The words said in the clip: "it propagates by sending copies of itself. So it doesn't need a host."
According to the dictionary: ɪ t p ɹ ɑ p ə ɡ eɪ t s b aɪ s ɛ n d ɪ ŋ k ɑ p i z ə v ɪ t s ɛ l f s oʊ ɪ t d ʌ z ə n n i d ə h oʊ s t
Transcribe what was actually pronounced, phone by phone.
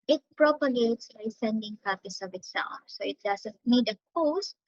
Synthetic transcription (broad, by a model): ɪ t p ɹ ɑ p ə ɡ eɪ t s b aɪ s ɛ n d ɪ ŋ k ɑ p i s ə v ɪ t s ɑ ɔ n s oʊ ɪ t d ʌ s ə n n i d ə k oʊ s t